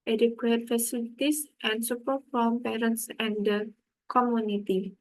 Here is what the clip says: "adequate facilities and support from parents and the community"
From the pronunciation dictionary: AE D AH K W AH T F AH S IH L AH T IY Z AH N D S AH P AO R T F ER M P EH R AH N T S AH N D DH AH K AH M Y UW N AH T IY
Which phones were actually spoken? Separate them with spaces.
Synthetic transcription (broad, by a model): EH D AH K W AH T F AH S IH L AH T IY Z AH N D S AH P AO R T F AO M P EH R AH N T S AH N D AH K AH M Y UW N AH T IY